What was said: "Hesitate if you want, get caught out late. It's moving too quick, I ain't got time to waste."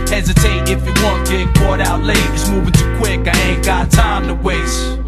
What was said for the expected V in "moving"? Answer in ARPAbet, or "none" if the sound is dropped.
V